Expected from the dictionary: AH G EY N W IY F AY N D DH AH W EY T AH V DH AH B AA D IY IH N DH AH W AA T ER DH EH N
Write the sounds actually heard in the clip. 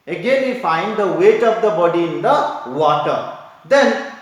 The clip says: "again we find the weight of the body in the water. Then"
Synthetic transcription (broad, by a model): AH G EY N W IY F AY N D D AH W EY T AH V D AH B AA D IY IH N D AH W AA T ER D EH N